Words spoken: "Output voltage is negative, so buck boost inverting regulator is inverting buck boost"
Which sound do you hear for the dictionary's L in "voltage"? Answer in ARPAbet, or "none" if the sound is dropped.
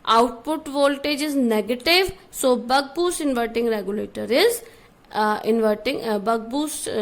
L